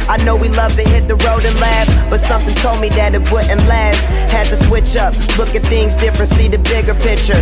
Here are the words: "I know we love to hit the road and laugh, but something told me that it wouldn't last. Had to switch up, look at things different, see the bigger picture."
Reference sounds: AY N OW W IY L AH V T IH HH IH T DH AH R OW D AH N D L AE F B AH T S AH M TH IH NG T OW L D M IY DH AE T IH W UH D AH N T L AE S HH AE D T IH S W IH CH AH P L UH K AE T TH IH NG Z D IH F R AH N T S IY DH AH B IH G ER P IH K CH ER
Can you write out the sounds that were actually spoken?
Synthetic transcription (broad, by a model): AY N OW W IY L AH V T IH HH IH T DH AH R OW D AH N L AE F B AH T S AH M TH IH NG T OW L D M IY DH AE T IH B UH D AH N L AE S HH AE D T IH S W IH CH AH P L UH K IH T TH IH NG Z D IH F R AH N T S IY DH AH B IH G ER P IH K CH ER